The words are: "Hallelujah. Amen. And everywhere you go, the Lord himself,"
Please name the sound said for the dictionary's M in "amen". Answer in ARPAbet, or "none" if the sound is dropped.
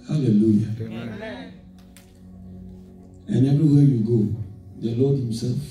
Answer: none